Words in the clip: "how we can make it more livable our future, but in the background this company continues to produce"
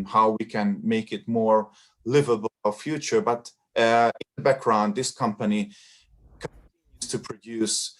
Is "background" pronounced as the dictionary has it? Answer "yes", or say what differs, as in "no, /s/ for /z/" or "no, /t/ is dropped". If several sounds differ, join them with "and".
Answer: yes